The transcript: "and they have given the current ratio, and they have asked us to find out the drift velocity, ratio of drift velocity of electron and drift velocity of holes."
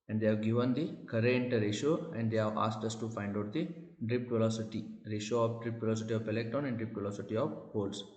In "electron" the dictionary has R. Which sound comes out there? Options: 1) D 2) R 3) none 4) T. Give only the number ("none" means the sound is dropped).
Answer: 3